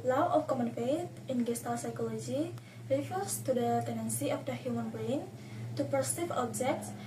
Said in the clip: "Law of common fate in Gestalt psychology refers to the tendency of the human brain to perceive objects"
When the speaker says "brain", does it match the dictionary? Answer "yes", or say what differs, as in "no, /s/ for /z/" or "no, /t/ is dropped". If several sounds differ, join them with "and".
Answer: no, /ɹ/ is dropped